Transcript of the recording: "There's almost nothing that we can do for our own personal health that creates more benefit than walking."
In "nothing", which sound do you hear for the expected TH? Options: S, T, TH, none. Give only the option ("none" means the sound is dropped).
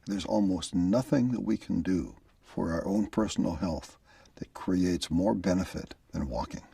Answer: TH